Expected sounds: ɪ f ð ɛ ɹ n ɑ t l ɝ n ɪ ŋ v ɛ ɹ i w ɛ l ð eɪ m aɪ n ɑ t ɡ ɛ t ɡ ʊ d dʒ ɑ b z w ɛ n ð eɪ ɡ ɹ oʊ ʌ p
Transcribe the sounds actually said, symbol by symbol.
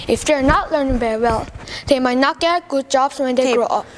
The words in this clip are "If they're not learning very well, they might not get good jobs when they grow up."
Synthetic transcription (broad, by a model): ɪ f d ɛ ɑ n ɑ t l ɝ n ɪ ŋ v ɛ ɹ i w ɛ l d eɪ m aɪ n ɑ t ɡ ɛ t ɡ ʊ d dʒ ɑ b s w ɛ n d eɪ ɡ ɹ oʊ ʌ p